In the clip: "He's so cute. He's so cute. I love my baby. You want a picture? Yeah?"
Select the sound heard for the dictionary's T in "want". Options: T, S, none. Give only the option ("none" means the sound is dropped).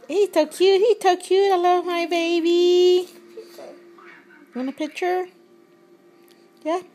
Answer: none